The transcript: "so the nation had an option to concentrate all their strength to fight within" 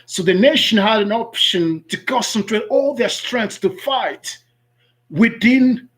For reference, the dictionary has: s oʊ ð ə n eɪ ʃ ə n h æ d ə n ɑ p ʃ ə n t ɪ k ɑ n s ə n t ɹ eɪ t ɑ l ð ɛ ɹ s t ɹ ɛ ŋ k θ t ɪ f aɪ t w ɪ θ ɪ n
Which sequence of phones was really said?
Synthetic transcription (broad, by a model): s oʊ ð ə n eɪ ʃ ə n h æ d ə n ɑ p ʃ ə n t ɪ k ɑ n s ə n t ɹ eɪ t ɑ l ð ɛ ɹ s t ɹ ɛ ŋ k s t ɪ f aɪ t w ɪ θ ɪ n